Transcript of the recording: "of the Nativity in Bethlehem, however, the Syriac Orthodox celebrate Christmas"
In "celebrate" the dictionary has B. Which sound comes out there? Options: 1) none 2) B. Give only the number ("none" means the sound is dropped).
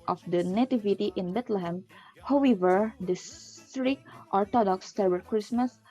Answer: 1